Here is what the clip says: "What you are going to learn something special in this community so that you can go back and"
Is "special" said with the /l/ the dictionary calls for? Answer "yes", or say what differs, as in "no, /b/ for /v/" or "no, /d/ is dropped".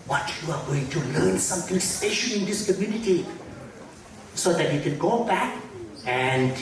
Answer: no, /n/ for /l/